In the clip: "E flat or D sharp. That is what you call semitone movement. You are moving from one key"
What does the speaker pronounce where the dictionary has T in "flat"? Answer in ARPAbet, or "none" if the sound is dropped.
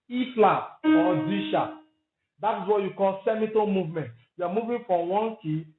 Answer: none